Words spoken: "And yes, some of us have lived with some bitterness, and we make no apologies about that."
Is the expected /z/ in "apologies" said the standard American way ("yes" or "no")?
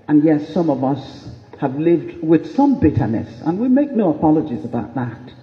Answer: yes